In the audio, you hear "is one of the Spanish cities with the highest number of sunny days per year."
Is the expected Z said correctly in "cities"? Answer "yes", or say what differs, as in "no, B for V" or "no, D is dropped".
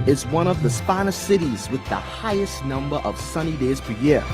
yes